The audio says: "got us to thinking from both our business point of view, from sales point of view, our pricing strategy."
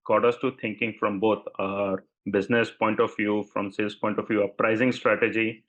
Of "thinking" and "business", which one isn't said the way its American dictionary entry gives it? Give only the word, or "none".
thinking